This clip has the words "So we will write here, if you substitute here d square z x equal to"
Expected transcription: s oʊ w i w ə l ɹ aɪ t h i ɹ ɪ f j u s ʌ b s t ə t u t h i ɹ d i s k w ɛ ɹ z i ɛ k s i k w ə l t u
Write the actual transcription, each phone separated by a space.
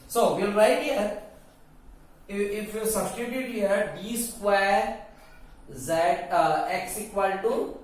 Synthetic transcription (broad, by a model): s oʊ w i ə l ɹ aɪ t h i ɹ ɪ f j u s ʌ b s t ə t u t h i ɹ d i s k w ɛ ɹ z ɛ ɛ k s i k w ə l t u